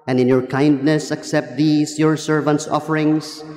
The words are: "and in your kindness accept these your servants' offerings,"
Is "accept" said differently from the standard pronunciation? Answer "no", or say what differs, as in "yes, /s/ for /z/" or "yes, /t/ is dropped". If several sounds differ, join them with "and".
no